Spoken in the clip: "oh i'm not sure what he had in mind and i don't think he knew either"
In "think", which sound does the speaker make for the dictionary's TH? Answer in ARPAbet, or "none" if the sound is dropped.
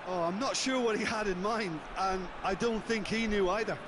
TH